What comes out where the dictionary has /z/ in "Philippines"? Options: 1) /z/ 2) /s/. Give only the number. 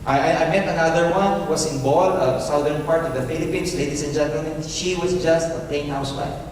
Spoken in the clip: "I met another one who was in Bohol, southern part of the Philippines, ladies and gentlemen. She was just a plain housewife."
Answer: 2